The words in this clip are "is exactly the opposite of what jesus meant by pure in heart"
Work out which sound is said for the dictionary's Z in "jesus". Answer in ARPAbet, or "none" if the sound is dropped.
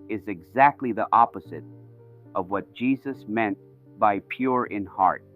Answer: Z